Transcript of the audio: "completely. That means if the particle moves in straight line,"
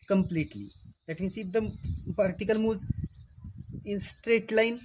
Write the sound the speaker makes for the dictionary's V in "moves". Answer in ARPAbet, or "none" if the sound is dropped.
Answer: none